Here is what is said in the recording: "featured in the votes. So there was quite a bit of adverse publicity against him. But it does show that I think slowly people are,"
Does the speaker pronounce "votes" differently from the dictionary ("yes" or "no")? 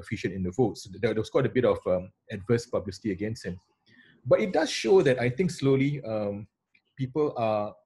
no